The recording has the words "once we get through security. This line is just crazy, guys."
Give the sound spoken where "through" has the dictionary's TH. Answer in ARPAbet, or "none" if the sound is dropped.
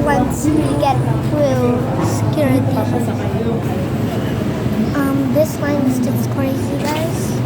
F